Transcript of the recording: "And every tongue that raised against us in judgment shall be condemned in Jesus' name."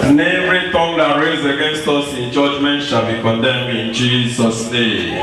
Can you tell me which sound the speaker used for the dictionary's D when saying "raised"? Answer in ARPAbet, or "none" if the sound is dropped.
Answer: none